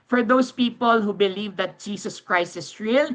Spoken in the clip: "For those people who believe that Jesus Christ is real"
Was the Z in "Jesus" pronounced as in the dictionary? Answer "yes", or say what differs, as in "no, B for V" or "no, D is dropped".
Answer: no, S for Z